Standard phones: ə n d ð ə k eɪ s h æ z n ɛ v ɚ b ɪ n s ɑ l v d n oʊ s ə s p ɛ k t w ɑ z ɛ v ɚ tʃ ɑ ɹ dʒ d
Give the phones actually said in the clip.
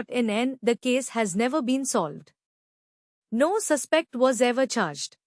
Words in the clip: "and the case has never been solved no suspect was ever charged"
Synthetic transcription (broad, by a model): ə n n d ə k eɪ s h æ z n ɛ v ɚ b ɪ n s ɑ l v d n oʊ s ə s p ɛ k t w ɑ z ɛ v ɚ tʃ ɑ ɹ dʒ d